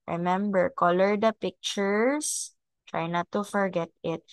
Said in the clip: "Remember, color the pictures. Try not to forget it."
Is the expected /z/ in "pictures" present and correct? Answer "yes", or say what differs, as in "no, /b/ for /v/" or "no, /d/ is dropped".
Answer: no, /s/ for /z/